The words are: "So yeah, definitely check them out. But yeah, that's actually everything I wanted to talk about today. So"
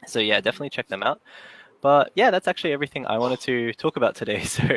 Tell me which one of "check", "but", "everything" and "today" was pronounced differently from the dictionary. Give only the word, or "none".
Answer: none